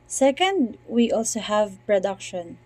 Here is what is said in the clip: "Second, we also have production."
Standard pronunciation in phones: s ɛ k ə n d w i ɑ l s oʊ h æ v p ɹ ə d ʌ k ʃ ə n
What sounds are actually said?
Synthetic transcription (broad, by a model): s ɛ k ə n d w i ɑ l s oʊ h æ v p ɹ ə d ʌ k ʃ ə n